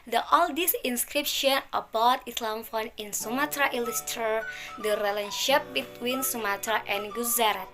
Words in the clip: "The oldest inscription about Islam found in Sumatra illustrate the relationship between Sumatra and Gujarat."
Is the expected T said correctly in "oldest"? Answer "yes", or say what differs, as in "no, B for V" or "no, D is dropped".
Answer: no, T is dropped